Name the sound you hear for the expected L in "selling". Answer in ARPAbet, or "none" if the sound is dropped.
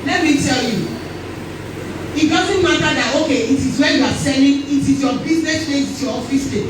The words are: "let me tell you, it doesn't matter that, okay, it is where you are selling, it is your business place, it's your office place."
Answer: N